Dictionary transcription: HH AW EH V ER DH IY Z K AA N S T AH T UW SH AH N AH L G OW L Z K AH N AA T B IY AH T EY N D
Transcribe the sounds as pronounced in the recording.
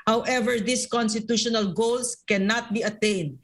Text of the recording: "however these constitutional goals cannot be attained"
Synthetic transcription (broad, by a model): HH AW EH V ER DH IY S K AA N S T AH T UW SH AH N AH L G OW L S K AH N AA T B IY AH T EY N D